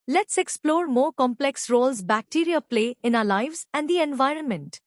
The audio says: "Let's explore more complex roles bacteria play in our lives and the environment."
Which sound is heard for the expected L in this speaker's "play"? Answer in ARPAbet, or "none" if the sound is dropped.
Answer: L